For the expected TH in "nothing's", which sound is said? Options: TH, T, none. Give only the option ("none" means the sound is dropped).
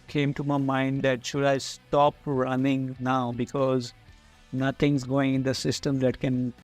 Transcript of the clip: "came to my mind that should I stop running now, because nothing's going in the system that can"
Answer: T